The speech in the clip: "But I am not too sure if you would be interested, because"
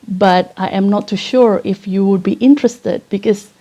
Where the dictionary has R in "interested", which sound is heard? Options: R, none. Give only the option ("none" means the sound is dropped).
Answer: R